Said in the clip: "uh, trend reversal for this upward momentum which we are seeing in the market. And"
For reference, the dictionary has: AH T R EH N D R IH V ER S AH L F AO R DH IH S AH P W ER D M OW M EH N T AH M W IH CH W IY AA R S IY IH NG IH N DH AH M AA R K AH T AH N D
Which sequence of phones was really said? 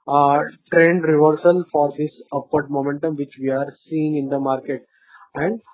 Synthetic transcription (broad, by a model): T R EH N D R IH V ER S AH L F AO R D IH S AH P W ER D M OW M EH N T AH M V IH CH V IY AA R S IY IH NG IH N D AH M AA R K AH T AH N D